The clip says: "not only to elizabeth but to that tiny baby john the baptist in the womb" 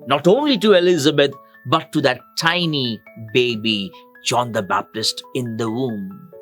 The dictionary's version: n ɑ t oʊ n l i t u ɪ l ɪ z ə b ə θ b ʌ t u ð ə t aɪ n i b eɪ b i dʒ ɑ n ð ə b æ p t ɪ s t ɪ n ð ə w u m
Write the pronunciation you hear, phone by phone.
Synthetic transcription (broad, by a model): n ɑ t oʊ n l i t u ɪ l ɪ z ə b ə t b ʌ t u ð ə t aɪ n i b eɪ b i dʒ ɑ n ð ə b æ p t ɪ s t ɪ n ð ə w u m